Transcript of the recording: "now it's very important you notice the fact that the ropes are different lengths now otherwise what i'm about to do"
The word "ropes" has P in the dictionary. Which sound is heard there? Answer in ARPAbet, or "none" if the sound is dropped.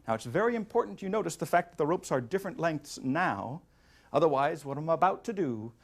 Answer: P